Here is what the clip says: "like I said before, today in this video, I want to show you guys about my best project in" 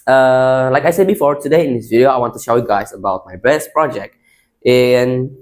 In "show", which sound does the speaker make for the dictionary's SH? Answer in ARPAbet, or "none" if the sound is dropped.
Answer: SH